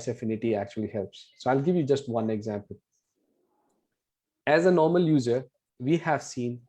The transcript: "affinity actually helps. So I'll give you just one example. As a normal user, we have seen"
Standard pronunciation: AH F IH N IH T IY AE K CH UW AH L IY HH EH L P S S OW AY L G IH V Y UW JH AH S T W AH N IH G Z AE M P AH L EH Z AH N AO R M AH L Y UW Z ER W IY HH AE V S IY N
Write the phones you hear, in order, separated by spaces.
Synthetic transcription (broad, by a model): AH F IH N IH T IY AE K CH UW AH L IY HH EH L P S S OW AY L G IH V Y UW JH AH S T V AH N IH G Z AE M P AH L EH Z AH N AO R M AH L Y UW Z ER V IY HH AE V S IY N